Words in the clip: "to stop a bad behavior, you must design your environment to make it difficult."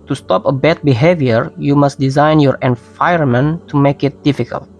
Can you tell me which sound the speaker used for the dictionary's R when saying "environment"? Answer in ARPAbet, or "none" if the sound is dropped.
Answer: none